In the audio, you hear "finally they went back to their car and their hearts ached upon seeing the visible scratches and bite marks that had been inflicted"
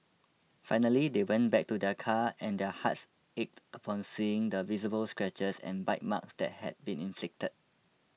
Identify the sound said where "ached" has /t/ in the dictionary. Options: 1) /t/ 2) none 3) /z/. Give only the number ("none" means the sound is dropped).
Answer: 1